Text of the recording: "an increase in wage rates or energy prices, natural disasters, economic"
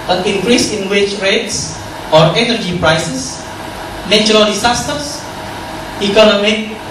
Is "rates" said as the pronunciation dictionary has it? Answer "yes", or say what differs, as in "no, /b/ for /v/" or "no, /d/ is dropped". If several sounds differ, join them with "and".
yes